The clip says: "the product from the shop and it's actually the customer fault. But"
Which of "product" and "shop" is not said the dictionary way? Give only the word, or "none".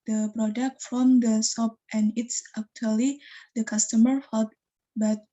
shop